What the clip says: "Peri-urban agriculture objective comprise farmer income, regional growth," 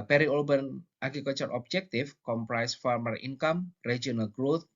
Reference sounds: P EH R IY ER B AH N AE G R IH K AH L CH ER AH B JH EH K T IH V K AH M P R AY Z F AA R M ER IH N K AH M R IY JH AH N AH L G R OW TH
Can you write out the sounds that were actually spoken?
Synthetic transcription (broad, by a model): P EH R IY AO B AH N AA G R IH K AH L CH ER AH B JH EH K T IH F K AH M P R AY S F AA R M ER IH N K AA M R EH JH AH N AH L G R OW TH